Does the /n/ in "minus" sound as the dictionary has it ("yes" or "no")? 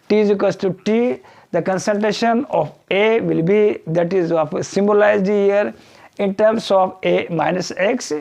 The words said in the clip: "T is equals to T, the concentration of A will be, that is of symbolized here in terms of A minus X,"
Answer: yes